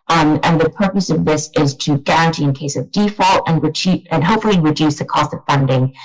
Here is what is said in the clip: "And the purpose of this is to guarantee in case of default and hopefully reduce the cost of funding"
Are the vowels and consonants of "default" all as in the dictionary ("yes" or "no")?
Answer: yes